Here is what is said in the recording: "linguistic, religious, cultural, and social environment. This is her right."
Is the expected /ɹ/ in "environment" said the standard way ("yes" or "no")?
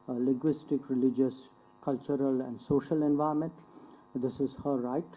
no